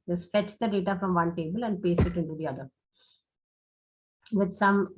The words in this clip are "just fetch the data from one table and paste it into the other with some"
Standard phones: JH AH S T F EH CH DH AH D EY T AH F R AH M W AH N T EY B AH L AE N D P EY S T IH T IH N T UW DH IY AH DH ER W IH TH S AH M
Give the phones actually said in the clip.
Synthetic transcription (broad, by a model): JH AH S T F EH CH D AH D EY T AH F R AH M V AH N T EY B AH L AE N D P EY S IH T IH N T UW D IY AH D ER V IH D S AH M